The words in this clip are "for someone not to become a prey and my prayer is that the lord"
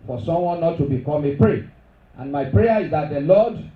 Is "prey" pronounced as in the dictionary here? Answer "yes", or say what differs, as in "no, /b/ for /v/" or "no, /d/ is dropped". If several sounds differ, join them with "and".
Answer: yes